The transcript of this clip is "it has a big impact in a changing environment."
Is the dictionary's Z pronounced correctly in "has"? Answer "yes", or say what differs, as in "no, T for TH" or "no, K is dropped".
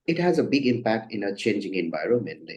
yes